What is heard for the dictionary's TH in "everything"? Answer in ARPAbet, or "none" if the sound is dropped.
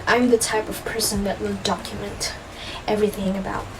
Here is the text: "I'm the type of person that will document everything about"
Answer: TH